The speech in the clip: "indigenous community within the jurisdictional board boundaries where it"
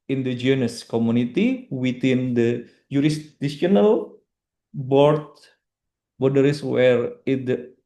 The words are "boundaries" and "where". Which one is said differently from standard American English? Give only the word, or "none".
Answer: boundaries